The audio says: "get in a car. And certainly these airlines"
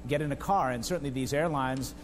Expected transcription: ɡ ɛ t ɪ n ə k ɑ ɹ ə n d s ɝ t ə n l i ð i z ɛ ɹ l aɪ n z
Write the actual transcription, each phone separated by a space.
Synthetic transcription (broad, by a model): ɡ ɛ t ɪ n ə k ɑ ɹ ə n s ɝ t n l i ð i z ɛ ɹ l aɪ n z